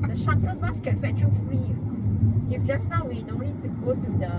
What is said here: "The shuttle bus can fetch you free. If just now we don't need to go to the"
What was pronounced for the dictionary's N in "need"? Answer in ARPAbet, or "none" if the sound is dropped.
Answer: L